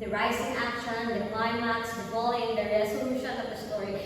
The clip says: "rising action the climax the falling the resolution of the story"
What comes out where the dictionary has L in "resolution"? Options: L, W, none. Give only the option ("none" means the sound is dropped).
none